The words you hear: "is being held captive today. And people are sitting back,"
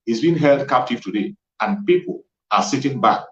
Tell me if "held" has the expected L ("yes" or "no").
yes